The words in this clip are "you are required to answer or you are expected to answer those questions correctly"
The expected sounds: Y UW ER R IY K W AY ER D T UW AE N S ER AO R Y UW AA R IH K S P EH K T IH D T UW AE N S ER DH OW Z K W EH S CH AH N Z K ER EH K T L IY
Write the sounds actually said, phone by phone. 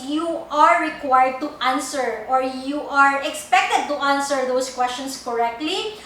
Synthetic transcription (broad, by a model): Y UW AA R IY K W AY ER D T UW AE N S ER AO R Y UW AA R IH K S P EH K T IH D T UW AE N S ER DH OW S K W EH S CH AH N S K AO EH K T L IY